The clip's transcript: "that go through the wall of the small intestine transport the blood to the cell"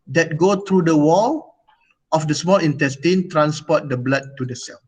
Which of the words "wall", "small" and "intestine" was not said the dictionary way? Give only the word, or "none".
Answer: none